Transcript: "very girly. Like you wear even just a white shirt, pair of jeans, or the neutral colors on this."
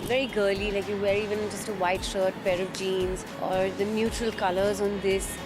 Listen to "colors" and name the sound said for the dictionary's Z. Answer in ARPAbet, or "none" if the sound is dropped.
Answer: Z